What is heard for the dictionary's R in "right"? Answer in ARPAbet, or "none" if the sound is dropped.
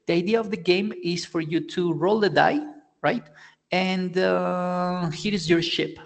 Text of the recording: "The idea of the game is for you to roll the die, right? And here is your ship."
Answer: R